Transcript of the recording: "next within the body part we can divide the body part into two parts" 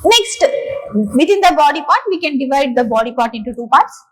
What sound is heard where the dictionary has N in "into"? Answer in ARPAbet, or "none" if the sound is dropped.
N